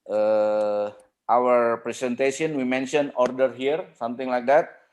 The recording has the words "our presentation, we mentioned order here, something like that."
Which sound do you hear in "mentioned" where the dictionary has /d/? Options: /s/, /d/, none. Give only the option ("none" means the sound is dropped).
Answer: none